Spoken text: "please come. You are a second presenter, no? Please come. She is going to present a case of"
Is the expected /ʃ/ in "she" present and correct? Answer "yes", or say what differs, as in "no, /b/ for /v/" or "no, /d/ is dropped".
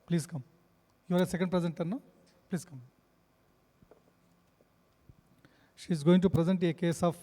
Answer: yes